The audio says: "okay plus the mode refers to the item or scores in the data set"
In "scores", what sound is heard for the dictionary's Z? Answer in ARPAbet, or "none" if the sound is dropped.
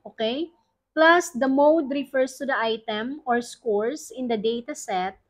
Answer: S